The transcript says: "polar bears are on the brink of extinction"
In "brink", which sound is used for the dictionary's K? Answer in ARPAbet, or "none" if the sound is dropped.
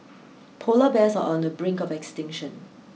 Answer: K